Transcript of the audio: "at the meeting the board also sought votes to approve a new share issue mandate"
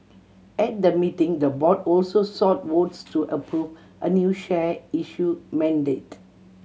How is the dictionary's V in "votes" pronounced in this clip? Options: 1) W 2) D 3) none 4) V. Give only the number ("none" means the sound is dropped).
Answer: 1